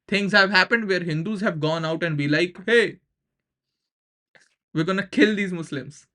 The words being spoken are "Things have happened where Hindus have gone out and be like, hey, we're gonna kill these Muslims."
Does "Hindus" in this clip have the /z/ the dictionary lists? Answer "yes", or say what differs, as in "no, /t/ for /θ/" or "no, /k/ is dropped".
yes